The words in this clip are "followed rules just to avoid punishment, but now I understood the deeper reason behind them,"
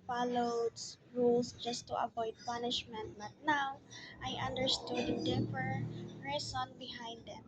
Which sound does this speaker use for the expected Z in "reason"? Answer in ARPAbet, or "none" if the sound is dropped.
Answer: S